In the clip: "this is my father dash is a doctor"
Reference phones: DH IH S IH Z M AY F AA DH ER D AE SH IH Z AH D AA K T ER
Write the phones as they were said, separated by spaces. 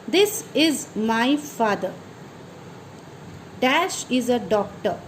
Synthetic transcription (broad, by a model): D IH S IH Z M AY F AA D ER D AE SH IH Z AH D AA K T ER